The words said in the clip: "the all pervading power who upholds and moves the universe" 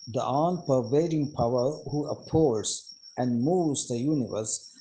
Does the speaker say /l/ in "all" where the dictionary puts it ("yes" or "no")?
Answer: no